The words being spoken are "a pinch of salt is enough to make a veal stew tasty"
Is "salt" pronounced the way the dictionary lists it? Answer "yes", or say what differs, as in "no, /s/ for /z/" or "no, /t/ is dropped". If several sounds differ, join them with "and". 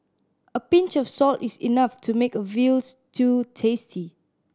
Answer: yes